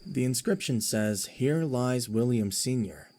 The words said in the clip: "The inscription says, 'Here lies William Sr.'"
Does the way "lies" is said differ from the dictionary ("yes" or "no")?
no